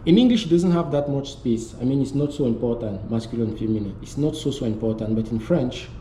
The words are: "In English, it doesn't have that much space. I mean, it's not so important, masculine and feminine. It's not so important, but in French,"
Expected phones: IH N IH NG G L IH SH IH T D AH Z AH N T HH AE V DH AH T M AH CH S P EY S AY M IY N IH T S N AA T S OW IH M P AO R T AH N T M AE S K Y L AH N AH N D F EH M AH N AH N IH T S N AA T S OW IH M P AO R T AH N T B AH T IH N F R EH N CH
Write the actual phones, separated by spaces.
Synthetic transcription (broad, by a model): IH N IH NG G L IH SH IH T D AH Z AH N T HH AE V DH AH T M AH CH S P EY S AY M IY N IH T S N AA T S OW IH M P AO R T AH N T M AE S K Y AH L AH N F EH M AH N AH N IH T S N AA T S OW IH M P AO R T AH N T B AH T IH N F R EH N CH